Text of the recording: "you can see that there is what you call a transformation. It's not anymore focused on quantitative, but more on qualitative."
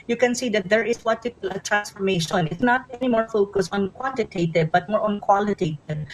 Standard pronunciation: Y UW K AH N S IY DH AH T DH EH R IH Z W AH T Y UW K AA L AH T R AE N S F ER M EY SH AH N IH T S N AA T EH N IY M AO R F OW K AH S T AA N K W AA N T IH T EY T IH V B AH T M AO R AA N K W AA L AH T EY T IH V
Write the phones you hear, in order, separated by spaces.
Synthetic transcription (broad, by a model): Y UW K AH N S IY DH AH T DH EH R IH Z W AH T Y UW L AH T R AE N S F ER M EY SH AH N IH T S N AA T EH N IY M AO R F OW K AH S AA N K W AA N T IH T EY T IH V B AH T M AO R AA N K W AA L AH T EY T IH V